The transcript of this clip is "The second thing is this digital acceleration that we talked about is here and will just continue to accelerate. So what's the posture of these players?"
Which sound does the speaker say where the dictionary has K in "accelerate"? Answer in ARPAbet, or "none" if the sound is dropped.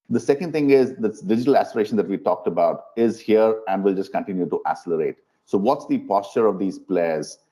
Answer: none